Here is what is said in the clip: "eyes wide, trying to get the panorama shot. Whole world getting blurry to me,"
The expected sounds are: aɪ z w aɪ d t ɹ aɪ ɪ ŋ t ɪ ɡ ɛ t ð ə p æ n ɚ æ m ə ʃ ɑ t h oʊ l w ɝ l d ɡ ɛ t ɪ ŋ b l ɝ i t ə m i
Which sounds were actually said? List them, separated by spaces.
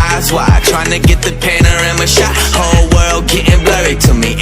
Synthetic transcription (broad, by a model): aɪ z w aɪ t ɹ aɪ ɪ ŋ t ɪ ɡ ɛ t ð ə p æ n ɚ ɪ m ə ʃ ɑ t h oʊ l w ɝ l d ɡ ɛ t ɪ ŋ b l ɝ i t ə m i